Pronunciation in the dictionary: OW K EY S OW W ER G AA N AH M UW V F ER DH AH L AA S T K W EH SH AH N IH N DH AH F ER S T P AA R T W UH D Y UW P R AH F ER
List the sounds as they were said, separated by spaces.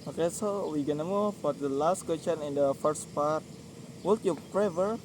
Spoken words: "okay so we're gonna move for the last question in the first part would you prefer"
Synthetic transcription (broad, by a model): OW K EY S OW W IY G AA N AH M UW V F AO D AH L AA S T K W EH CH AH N IH N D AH F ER S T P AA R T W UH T Y UW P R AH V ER